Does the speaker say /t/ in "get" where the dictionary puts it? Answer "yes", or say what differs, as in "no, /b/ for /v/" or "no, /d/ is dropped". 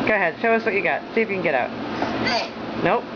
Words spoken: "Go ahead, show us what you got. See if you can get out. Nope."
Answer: yes